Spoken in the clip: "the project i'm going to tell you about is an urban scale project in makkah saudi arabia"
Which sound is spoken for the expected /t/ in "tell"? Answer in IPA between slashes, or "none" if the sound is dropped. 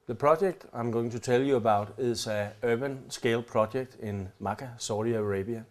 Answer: /s/